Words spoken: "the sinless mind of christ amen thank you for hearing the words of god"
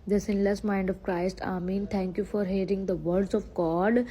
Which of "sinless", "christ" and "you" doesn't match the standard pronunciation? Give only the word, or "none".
none